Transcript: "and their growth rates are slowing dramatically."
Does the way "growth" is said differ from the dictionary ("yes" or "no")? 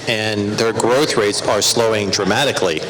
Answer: no